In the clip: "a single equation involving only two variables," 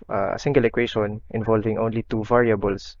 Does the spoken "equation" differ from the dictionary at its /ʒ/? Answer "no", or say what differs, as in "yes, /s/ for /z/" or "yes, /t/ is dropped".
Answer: yes, /ʃ/ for /ʒ/